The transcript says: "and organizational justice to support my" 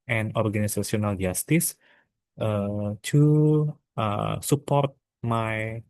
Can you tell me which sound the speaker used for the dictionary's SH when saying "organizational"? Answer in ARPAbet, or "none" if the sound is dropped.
S